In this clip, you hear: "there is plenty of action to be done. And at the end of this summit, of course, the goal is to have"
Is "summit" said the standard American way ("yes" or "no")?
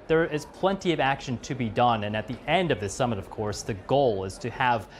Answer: yes